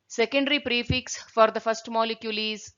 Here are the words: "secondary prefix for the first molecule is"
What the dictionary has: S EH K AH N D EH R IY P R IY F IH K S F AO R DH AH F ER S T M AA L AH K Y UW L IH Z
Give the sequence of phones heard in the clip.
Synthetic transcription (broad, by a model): S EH K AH N D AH R IY P R IY F IH K S F AO R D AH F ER S T M AA L AH K Y UW L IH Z